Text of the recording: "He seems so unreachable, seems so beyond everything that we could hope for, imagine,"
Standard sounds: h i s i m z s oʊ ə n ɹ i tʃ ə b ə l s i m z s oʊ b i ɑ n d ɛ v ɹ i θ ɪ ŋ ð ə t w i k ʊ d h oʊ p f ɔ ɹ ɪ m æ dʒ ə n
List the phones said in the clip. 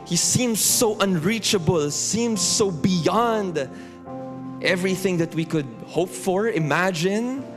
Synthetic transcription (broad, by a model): h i s i m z s oʊ ə n ɹ i tʃ ə b ə l s i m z s oʊ b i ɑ n d ɛ v ɹ i θ ɪ ŋ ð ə t w i k ʊ d h oʊ p f ɔ ɹ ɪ m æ dʒ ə n